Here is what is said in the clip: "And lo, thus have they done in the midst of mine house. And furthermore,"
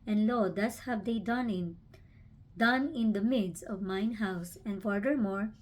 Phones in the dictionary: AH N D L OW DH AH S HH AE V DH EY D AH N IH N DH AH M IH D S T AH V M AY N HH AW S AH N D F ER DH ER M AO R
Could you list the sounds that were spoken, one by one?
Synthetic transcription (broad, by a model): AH N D L OW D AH S HH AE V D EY D AH N IH N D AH M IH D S AH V M AY N HH AW S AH N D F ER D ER M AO R